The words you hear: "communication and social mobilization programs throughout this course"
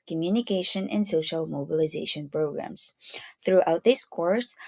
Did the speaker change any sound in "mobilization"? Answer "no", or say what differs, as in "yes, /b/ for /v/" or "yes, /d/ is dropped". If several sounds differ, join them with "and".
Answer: no